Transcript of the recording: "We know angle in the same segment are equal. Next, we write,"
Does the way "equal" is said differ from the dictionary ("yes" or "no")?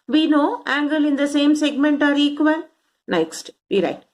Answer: yes